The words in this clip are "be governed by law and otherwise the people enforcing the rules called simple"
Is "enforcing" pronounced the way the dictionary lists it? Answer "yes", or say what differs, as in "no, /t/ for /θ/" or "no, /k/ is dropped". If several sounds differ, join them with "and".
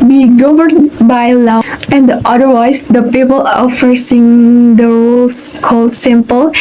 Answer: no, /n/ is dropped